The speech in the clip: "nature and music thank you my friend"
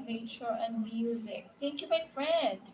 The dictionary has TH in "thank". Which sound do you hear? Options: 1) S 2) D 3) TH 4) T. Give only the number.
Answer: 4